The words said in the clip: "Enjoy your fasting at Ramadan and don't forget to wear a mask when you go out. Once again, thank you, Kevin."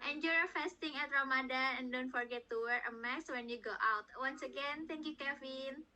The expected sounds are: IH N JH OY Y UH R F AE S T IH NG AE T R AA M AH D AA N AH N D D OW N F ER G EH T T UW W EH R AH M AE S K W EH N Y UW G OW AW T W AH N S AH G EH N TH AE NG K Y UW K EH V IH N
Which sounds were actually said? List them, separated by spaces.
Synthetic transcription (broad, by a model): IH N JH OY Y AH F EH S T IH NG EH T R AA M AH D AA AH N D D OW N F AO G EH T T UW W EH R AH M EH S W EH N Y UW G OW AW T W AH N S AH G EH N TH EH NG K Y UW K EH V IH N